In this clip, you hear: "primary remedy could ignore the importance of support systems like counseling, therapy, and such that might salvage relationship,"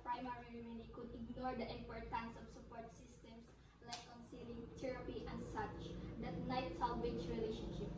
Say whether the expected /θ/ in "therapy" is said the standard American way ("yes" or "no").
no